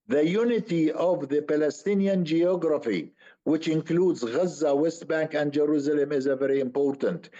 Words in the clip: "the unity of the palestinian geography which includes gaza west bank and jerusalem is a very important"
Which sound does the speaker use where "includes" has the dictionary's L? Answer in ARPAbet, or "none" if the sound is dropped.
L